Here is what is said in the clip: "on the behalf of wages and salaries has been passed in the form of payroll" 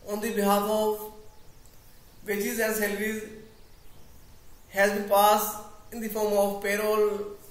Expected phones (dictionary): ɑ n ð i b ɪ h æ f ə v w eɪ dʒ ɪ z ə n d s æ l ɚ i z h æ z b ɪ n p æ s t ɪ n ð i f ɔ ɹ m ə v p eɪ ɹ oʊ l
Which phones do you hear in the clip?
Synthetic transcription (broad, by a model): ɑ n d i b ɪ h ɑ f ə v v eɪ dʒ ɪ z ə n d s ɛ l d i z h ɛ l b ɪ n p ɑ s ɪ n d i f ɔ ɹ m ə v p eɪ ɹ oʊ l